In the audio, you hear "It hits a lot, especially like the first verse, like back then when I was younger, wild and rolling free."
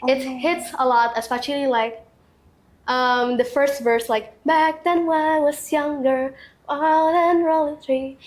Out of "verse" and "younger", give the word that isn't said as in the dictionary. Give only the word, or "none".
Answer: none